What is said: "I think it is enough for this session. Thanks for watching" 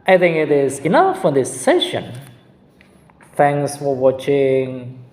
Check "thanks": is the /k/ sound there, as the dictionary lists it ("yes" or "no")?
no